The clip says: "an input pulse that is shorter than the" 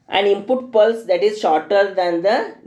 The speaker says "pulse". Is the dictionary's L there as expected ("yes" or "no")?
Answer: yes